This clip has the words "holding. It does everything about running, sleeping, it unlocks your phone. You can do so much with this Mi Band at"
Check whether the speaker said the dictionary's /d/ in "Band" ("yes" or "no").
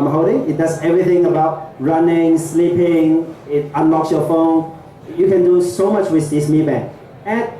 no